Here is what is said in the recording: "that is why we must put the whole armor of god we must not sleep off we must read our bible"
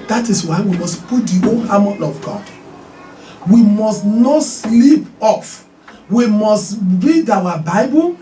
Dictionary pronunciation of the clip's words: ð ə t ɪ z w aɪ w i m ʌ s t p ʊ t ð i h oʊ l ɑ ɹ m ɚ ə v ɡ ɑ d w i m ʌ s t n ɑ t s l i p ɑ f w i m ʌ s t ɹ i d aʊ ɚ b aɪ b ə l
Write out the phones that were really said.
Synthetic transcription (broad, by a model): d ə t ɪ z w aɪ w i m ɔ s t p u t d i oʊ n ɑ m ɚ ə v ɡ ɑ w i m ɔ s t n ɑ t s l i p ɑ f w i m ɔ s t ɹ i d aʊ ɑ b aɪ b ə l